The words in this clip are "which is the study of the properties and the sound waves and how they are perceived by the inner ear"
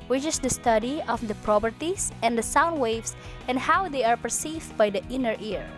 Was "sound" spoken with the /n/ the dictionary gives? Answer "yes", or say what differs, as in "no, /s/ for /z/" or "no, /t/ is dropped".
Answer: yes